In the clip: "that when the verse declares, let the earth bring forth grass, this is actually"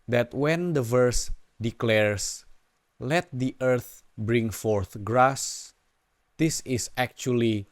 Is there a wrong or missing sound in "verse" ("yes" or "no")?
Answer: no